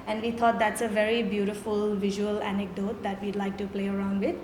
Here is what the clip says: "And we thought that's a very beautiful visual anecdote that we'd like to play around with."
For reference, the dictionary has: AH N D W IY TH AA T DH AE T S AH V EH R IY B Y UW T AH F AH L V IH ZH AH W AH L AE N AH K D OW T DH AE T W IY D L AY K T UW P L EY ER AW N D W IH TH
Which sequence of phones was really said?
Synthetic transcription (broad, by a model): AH N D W IY T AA T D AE T S AH V EH R IY B Y UW T AH F AH L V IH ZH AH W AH L AE N AH K D OW T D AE T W IY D L AY K T UW P L EY ER AW N D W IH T